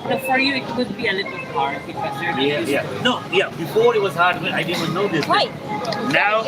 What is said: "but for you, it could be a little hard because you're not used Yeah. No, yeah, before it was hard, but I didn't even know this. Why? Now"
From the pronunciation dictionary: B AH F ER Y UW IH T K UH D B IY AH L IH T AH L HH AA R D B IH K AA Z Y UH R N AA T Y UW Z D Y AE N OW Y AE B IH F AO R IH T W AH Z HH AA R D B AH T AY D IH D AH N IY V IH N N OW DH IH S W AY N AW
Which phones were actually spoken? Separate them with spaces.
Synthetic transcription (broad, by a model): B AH F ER Y UW IH T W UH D B IY AH L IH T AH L HH AA R D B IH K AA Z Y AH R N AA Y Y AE N OW Y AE B IH F AO R IH T W AH Z HH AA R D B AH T AY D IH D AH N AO IH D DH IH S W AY N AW